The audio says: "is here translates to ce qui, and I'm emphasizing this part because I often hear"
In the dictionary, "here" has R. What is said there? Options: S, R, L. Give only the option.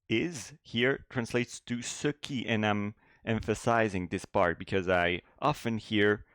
R